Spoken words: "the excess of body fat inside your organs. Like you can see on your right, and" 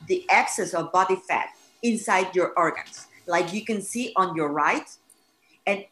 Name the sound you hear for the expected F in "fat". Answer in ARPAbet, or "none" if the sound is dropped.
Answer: F